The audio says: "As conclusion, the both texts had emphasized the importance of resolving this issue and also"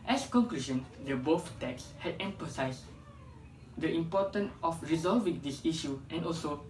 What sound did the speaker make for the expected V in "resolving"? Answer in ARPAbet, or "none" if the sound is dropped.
V